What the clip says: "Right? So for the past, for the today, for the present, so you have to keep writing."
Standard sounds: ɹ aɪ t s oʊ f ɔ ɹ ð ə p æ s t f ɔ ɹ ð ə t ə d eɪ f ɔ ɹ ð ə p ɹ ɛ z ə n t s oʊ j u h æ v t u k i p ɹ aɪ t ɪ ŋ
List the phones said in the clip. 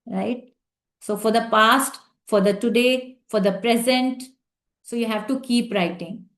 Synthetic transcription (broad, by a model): ɹ aɪ t s oʊ f ɔ ɹ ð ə p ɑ s t f ɔ ɹ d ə t ə d eɪ f ɔ ɹ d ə p ɹ ɛ z ə n t s oʊ j u h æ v t u k i p ɹ aɪ t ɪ ŋ